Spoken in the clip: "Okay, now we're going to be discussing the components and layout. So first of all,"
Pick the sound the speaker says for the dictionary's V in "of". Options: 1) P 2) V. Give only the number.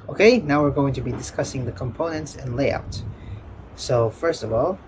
2